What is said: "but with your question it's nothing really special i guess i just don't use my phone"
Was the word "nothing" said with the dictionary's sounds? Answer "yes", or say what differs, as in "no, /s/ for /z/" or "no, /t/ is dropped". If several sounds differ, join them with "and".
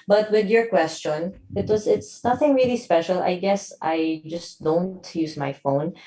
yes